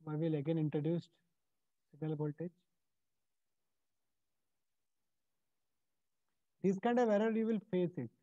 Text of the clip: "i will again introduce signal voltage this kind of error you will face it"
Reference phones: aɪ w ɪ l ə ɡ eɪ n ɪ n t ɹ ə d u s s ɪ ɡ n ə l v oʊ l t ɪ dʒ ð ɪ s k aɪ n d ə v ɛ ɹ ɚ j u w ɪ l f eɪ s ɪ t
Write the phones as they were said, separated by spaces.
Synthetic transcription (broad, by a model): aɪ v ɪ l ə ɡ eɪ n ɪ n t ɹ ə d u s s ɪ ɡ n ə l b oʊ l t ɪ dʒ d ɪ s k aɪ n d ə v ɛ ɹ ɚ j u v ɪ l f eɪ s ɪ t